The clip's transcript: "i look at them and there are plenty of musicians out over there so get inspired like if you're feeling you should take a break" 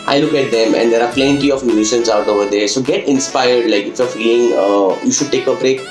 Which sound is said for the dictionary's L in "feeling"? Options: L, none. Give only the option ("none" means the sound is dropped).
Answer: none